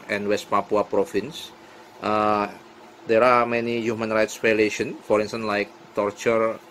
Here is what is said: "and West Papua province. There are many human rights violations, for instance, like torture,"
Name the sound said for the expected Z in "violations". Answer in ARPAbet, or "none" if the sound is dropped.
none